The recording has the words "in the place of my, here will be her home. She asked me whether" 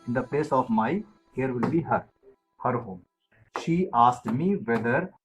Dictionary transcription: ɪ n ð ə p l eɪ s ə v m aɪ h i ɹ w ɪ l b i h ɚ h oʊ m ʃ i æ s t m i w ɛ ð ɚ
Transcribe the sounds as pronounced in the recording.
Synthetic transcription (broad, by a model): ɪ n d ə p l eɪ s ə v m aɪ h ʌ ɹ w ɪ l b i h ɚ h oʊ m ʃ i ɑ s t m i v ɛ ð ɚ